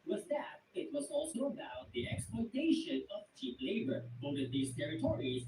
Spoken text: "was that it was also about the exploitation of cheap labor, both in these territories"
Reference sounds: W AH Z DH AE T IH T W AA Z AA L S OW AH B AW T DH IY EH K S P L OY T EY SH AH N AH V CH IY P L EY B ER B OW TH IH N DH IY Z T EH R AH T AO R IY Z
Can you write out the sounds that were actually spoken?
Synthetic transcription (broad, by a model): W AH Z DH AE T IH T W AA Z AA L S OW AH B AW T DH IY EH K S P L OY T EY SH AH N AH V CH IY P L EY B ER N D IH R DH IY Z T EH R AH T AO R IY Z